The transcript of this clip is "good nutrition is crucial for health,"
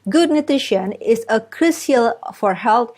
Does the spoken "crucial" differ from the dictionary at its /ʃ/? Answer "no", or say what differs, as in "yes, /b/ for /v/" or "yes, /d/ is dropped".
yes, /s/ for /ʃ/